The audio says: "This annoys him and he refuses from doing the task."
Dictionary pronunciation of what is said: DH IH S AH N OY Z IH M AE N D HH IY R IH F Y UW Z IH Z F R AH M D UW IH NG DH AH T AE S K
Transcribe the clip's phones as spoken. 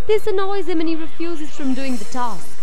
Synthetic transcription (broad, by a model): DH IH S AH N OY Z IH M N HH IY R IH F Y UW Z IH Z F R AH M D UW IH NG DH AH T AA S